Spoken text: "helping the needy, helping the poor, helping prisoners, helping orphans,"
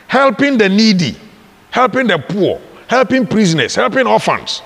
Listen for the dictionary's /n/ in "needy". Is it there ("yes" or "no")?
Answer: yes